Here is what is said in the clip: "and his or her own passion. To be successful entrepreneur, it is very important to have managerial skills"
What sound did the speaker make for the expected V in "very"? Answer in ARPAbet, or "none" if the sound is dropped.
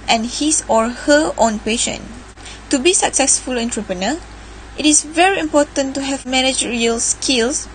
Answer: V